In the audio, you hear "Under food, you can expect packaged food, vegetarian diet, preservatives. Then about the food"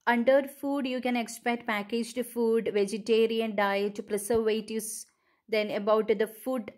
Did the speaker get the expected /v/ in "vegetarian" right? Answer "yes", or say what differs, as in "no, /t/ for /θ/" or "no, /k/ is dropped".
yes